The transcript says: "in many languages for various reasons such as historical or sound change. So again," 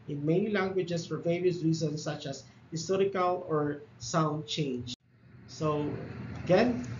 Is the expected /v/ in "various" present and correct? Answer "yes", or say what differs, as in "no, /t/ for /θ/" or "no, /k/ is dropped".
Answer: yes